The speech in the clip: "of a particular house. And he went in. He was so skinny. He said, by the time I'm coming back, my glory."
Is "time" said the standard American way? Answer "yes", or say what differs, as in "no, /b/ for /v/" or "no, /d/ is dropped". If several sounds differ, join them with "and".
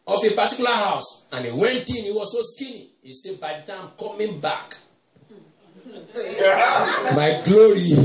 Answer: no, /m/ is dropped